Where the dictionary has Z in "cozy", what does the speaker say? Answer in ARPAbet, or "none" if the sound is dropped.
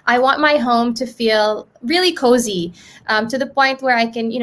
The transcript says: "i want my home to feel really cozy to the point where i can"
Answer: Z